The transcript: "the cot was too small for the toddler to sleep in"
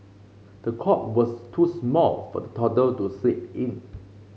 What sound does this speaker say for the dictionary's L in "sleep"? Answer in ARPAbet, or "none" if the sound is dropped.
none